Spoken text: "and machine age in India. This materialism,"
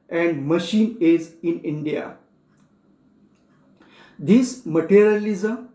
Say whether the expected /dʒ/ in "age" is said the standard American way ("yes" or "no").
no